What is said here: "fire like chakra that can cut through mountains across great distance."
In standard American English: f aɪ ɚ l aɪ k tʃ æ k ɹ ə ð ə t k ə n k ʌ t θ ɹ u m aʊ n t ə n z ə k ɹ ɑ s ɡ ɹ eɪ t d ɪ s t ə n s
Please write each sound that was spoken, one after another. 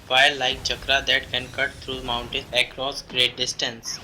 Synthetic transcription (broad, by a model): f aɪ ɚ l aɪ k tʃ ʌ k ɹ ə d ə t k ə n k ʌ t t ɹ u m aʊ n t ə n ə k ɹ ɑ s ɡ ɹ eɪ t d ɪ s t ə n s